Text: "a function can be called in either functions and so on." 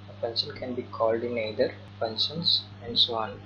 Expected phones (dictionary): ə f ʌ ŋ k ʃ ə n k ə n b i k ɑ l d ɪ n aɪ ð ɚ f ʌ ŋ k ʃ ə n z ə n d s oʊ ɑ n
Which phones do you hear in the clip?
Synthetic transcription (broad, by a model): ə p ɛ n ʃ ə n k ə n b i k ɑ l d ɪ n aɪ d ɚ p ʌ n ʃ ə n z ə n d s oʊ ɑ n